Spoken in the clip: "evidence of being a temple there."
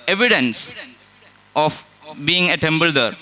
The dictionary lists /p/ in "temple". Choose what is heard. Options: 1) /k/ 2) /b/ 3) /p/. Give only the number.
2